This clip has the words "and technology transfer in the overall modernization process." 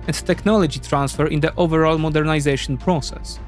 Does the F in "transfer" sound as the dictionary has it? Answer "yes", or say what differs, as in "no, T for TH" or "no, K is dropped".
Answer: yes